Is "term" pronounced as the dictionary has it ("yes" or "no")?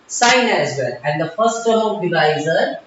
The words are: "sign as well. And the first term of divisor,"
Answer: no